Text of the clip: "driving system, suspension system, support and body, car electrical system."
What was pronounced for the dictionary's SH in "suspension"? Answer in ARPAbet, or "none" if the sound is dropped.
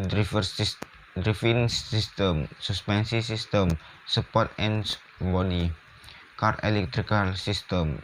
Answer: S